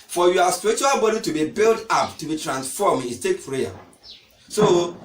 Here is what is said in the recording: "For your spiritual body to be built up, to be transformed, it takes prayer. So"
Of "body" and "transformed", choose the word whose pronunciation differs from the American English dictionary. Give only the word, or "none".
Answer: transformed